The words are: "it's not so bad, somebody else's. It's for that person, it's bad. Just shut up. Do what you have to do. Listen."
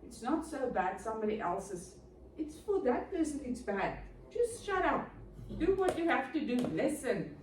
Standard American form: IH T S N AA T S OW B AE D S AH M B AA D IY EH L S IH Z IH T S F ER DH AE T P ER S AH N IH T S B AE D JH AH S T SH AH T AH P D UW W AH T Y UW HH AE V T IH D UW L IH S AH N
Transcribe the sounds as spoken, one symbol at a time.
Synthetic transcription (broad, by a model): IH T S N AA T S OW B AE D S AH M B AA D IY EH L S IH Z IH T S F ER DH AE T P ER S AH N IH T S B AE D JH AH S T SH AH T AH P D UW W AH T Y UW HH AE F T IH D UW L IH S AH N